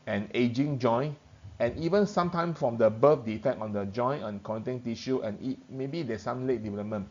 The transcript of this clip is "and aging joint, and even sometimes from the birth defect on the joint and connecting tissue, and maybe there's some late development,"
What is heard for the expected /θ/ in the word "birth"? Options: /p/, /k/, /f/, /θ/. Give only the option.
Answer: /f/